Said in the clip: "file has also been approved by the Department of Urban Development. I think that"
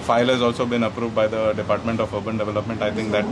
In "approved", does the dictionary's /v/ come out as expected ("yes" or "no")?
yes